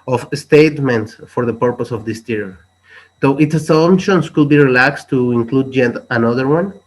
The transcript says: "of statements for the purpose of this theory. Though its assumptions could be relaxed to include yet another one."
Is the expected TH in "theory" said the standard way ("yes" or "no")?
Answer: no